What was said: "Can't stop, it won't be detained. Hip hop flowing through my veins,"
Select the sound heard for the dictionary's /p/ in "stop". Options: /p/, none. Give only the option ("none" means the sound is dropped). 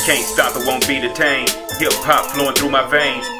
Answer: /p/